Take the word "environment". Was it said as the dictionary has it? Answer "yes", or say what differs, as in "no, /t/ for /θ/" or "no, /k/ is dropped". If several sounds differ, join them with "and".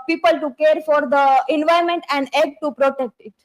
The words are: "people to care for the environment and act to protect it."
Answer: no, /ɹ/ is dropped